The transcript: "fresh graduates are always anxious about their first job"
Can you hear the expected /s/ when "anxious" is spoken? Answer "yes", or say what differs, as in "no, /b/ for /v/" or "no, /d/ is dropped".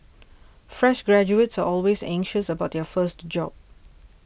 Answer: yes